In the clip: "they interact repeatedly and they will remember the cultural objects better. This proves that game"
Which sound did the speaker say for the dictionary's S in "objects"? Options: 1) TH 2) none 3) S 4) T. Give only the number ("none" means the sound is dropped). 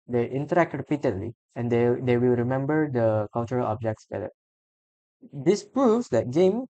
3